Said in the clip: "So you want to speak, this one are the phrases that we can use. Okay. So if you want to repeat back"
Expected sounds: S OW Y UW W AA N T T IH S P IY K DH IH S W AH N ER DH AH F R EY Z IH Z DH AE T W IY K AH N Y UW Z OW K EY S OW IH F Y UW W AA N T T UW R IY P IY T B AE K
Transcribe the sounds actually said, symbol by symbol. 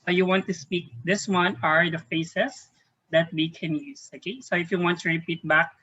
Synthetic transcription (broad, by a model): S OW Y UW W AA N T T IH S P IY K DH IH S W AH N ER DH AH F EY S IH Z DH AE T W IY K AH N Y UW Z OW K EY S OW IH F Y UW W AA N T T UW R IY P IY T B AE K